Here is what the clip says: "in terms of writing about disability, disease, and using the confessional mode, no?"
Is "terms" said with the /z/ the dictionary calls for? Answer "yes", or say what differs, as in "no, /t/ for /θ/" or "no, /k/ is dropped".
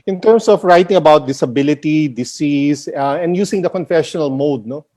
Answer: no, /s/ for /z/